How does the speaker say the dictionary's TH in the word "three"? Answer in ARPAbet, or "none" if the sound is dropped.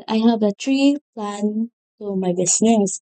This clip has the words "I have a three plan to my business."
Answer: T